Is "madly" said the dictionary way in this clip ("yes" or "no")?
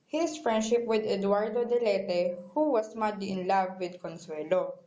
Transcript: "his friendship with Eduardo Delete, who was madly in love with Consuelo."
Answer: no